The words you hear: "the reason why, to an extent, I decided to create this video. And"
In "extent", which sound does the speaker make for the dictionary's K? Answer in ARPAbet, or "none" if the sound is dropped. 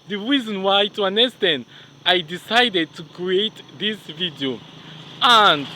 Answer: none